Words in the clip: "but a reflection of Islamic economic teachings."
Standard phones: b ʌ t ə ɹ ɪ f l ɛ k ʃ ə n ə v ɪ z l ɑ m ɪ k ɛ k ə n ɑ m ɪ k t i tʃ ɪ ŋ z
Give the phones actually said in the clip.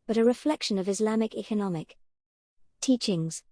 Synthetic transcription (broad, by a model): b ʌ t ə ɹ ɪ f l ɛ k ʃ ə n ə v ɪ z l ɑ m ɪ k ɛ k ə n ɑ m ɪ k t i tʃ ɪ ŋ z